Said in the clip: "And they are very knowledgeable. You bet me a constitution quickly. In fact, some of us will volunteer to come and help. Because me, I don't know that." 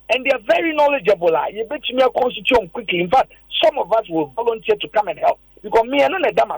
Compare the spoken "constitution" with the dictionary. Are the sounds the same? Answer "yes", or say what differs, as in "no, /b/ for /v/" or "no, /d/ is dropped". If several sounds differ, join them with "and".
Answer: no, /ʃ/ is dropped